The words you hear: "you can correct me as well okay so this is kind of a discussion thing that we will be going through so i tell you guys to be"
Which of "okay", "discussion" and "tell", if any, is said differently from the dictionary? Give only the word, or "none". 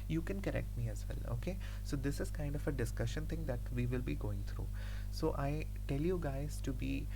none